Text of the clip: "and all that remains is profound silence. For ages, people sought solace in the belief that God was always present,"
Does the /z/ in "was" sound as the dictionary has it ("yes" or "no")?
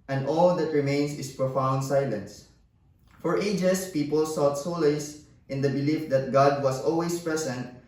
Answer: no